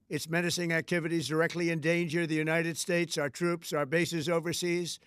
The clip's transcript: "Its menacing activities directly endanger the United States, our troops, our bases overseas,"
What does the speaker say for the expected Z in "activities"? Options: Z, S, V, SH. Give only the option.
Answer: Z